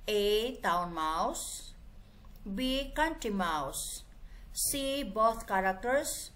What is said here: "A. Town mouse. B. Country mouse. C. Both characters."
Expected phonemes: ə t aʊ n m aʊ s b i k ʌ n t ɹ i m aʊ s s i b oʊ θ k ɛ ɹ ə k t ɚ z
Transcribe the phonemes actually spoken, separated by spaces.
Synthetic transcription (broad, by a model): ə t aʊ n m aʊ s b i k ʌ n t ɹ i m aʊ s s i b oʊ t k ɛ ɹ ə k t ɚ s